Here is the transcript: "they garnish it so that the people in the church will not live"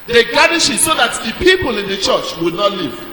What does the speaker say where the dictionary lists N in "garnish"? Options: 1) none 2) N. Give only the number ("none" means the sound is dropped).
1